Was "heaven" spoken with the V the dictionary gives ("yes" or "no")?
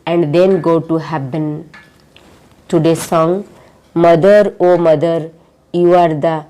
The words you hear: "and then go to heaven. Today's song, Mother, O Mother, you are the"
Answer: no